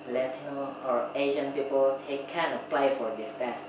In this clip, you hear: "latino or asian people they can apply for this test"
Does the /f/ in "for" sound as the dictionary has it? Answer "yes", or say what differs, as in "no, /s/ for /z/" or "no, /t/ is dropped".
yes